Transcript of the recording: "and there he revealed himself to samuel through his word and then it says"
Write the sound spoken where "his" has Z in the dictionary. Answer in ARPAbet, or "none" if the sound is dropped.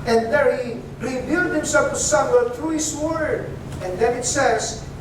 S